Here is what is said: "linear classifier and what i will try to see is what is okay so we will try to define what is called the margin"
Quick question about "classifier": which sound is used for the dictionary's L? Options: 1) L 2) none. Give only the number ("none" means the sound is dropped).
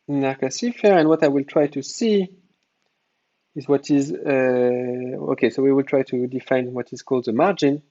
2